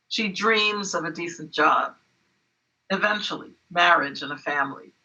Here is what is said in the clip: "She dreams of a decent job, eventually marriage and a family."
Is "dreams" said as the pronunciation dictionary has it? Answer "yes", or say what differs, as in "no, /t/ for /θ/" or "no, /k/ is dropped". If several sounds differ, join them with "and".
yes